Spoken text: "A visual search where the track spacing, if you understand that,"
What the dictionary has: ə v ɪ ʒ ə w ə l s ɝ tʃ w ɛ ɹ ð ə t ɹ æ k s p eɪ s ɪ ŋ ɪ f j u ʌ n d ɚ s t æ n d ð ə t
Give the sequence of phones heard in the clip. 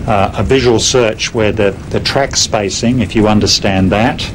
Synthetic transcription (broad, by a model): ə v ɪ ʒ ə w ə l s ɝ tʃ w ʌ ɹ ð ə t ɹ æ k s p eɪ s ɪ ŋ ɪ f j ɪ ʌ n d ɚ s t æ n ð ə t